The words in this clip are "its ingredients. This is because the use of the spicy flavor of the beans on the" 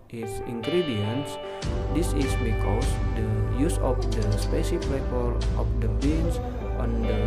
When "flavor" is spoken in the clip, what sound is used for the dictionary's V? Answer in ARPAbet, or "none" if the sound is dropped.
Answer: P